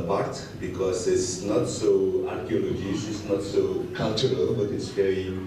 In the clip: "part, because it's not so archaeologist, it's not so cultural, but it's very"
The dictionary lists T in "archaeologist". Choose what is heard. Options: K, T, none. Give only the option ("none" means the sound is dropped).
none